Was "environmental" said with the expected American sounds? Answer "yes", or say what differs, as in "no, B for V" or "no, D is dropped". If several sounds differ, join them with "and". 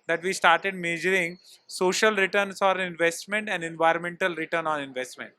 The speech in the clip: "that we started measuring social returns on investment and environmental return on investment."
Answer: yes